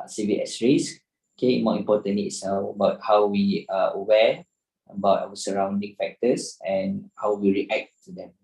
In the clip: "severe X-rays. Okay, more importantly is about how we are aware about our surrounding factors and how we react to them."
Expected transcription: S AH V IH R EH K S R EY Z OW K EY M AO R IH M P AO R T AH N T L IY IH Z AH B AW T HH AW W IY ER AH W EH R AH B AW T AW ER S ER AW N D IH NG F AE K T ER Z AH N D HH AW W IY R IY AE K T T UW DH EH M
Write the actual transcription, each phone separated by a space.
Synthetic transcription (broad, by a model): S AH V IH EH S R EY S OW K EY M AO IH M P AO T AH N L IY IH AH B AW T HH AW W IY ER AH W EH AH B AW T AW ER S ER AW N D IH NG F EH K T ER S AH N HH AW W IY R IY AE K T T UW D EH M